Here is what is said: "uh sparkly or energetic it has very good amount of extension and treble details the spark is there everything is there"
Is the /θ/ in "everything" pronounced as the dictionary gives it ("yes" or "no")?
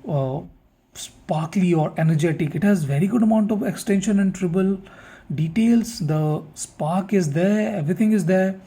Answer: no